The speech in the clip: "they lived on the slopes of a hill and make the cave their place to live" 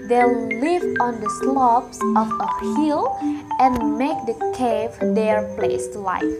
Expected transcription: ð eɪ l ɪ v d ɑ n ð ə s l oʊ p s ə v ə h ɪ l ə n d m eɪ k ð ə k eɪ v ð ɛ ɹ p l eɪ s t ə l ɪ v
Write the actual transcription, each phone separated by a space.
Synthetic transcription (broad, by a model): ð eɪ l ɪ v ɑ n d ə s l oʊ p s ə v ə h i l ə n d m eɪ k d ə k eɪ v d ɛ ɹ p l eɪ s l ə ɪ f